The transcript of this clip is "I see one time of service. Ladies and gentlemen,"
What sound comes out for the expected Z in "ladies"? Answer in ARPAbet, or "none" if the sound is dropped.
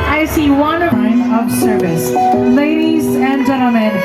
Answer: Z